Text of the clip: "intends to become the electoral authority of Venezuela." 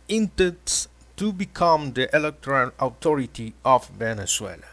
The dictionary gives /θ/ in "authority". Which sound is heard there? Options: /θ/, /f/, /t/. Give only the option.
/t/